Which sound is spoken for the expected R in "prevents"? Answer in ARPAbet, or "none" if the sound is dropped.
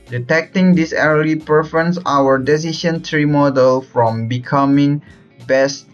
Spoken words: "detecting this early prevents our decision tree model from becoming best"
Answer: none